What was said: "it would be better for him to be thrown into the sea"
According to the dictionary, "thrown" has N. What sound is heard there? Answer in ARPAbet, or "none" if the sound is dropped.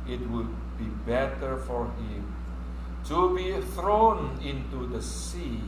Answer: N